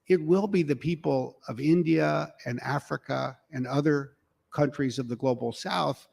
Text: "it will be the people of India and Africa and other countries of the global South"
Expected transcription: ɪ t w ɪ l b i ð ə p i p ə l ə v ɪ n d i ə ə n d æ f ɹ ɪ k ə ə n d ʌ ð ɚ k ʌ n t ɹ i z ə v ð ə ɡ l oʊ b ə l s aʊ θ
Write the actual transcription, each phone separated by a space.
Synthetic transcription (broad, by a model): ɪ t w ɪ l b i ð ə p i p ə l ə v ɪ n d i ə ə n æ f ɹ ɪ k ə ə n ʌ ð ɚ k ʌ n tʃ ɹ i z ə v ð ə ɡ l oʊ b l s aʊ θ